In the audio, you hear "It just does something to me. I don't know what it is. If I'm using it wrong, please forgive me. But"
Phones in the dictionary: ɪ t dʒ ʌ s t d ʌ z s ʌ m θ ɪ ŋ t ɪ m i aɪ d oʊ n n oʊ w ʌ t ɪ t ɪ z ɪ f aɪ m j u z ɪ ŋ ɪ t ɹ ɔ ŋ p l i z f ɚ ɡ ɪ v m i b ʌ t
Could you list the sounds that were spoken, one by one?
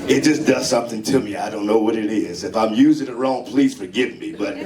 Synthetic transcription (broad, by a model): ɪ t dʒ ʌ s d ʌ z s ʌ m θ ɪ ŋ t ɪ m i aɪ d oʊ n n oʊ w ʌ t ɪ t ɪ z ɪ f aɪ m j u z ɪ ŋ ɪ t ɹ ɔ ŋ p l i z f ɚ ɡ ɪ v m i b ʌ t